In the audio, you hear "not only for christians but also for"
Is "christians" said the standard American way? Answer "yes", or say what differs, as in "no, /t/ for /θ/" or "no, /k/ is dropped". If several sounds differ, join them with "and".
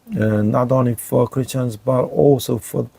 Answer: yes